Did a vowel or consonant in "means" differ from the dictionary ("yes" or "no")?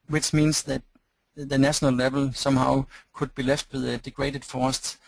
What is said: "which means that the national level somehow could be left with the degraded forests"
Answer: yes